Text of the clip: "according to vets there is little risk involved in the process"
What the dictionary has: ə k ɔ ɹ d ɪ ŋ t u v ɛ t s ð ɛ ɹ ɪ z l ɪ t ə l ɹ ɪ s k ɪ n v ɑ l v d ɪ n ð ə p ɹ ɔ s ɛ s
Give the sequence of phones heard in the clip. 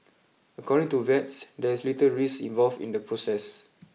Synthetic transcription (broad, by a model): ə k ɔ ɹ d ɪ ŋ t u v ɛ t s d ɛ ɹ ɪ s l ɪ t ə ɹ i s ɪ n v ɑ l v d ɪ n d ə p ɹ ɔ s ɛ s